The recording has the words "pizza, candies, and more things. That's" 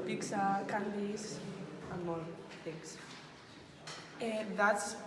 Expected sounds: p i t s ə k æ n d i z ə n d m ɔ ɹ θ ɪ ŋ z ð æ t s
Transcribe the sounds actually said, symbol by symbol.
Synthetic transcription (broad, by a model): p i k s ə k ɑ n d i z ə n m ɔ l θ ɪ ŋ s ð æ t s